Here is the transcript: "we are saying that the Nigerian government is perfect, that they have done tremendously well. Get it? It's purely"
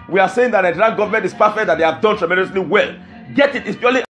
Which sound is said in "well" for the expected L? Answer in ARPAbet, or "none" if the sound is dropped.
L